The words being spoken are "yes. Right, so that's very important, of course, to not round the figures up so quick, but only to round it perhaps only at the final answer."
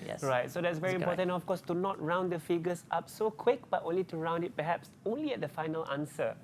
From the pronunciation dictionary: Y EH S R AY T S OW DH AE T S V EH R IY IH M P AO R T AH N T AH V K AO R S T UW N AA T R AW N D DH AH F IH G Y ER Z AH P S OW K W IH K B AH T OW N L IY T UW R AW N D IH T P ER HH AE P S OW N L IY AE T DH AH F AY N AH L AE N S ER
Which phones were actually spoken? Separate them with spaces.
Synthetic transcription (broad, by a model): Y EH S R AY T S OW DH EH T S V EH R IY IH M P AO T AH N AH F K AO S T UW N AA T R AW N D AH F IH G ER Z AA P S OW K W IH K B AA T OW N L IY T UW R AW N D IH T P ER HH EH P S OW N L IY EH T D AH F AY N AH L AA N S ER